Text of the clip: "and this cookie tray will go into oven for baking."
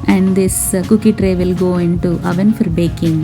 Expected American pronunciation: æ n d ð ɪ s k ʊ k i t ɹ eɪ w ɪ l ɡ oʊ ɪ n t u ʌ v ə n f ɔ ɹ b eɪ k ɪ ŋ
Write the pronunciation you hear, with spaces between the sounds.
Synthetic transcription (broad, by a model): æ n d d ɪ s k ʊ k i t ɹ eɪ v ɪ l ɡ oʊ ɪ n t u ʌ v ə n f ɔ ɹ b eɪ k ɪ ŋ